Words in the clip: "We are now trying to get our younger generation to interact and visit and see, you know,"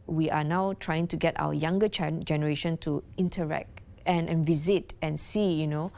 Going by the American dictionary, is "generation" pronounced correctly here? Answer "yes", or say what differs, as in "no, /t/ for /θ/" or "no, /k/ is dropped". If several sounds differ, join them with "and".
yes